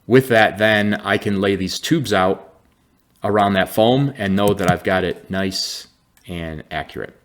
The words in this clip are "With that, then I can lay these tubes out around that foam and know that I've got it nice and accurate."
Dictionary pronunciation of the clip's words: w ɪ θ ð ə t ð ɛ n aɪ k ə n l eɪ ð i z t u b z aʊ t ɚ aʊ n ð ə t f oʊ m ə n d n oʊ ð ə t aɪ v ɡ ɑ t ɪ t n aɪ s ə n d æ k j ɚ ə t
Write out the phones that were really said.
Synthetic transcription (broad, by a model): w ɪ ð ə t ð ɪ n aɪ k ə n l eɪ ð i z t u b z aʊ t ɚ aʊ n ð ə t f oʊ m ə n n oʊ ð ə t aɪ v ɡ ɑ t ɪ t n aɪ s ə n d æ k j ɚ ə t